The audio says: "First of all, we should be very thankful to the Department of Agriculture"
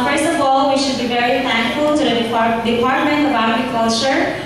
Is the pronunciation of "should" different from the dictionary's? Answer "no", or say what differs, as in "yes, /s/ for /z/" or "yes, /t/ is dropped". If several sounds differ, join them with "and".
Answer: no